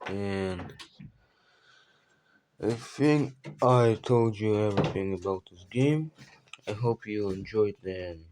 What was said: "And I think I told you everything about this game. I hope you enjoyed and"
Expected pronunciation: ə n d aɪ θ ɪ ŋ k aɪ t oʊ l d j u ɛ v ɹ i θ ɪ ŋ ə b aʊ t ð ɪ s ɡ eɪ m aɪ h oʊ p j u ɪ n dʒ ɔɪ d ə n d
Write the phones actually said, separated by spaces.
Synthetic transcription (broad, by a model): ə n aɪ θ ɪ ŋ k aɪ t oʊ l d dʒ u ɛ v ɹ i θ ɪ ŋ ə b aʊ t ð ɪ s ɡ eɪ m aɪ h oʊ p j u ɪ n dʒ ɔɪ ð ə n